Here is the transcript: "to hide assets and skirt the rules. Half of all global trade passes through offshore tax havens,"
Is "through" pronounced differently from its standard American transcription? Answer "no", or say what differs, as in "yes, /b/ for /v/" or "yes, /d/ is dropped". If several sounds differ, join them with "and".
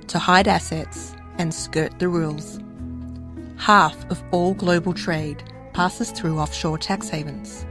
no